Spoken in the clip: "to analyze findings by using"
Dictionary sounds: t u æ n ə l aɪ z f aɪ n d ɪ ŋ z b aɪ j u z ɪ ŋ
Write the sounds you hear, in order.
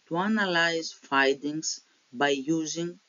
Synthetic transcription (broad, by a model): t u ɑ n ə l aɪ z f aɪ d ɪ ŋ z b aɪ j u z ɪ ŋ